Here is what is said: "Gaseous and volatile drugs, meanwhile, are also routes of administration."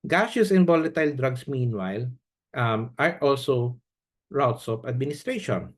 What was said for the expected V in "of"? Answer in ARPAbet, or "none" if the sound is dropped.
P